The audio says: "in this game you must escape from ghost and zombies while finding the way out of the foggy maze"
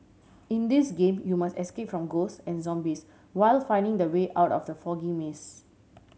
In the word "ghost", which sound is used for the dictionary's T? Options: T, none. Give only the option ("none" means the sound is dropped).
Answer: none